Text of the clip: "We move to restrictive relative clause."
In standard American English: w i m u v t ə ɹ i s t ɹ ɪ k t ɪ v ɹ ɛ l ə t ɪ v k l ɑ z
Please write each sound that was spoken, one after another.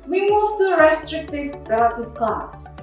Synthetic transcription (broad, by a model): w i m u v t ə ɹ i s t ɹ ɪ k t ɪ v ɹ ɛ l ə t ɪ v k l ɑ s